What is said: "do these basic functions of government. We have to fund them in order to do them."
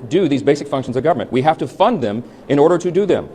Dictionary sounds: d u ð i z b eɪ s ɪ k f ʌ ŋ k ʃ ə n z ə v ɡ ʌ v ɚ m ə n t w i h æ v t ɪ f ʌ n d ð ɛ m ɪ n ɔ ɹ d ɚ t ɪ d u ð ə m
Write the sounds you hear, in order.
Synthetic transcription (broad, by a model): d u ð i z b eɪ s ɪ k f ʌ ŋ k ʃ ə n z ə v ɡ ʌ v ɚ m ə n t w i h æ f t ɪ f ʌ n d ð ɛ m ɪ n ɔ ɹ d ɚ t ɪ d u ð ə m